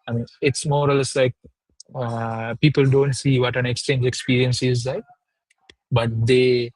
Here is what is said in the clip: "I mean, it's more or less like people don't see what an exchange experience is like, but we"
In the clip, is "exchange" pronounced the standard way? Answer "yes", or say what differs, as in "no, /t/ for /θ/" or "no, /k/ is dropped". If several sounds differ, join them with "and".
yes